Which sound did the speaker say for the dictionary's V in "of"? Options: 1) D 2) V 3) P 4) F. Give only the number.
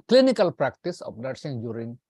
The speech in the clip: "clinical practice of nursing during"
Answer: 3